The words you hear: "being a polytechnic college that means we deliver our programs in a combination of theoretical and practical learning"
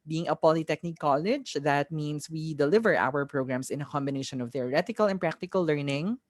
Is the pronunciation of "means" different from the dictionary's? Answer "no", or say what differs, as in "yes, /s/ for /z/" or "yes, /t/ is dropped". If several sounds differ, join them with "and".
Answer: yes, /s/ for /z/